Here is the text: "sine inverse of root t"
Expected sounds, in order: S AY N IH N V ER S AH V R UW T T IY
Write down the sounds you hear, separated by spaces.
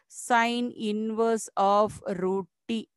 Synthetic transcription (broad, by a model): S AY N IH N V ER S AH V R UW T T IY